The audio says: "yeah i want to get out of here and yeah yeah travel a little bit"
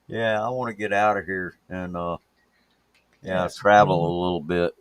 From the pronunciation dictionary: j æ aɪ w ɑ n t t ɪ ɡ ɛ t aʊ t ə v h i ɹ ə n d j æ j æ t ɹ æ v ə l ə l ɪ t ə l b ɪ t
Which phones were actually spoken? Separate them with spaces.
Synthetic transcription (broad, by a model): j æ aɪ w ɑ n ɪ ɡ ɛ t aʊ t ə v h i ɹ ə n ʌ j æ s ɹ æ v l ə l ɪ t l b ɪ t